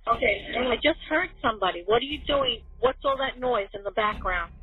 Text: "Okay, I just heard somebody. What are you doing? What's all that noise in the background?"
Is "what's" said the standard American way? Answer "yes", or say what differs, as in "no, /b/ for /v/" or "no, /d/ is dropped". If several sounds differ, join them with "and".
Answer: yes